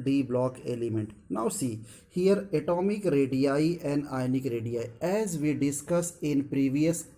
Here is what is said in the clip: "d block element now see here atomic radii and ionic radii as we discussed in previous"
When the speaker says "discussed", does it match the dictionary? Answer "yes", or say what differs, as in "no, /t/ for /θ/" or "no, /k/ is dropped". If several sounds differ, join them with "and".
no, /t/ is dropped